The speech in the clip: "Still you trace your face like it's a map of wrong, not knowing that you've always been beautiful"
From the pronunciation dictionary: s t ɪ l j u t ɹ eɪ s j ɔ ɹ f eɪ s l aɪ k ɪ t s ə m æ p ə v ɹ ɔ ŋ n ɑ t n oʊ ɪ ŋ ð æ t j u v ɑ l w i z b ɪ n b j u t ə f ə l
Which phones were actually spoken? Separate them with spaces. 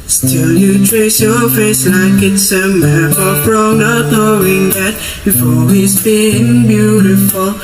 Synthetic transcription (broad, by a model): s t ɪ l j u t ɹ eɪ s j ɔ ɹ f eɪ s l aɪ k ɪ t s ə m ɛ b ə f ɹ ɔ n ɑ t n oʊ ɪ ŋ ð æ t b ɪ f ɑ w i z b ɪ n b j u t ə f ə l